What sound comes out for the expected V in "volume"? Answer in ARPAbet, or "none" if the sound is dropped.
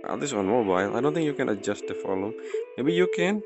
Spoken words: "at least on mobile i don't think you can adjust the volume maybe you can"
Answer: F